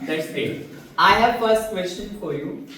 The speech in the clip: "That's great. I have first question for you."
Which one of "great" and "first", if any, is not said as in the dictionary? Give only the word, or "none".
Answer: great